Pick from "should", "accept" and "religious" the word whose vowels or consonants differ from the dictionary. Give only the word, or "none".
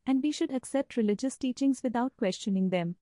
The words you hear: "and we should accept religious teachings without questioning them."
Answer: none